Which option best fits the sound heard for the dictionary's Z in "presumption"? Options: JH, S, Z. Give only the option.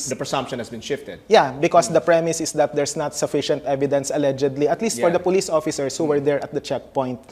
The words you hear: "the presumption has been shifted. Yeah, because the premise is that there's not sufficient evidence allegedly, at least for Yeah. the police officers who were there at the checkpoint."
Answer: S